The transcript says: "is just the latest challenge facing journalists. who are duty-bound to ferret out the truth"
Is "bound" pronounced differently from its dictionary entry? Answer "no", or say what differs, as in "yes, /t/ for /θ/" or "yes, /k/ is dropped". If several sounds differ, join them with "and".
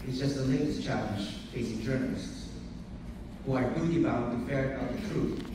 yes, /n/ is dropped